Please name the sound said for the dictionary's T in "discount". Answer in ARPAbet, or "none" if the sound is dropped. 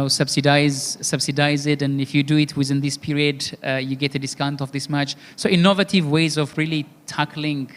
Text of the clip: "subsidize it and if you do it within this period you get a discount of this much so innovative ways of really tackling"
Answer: T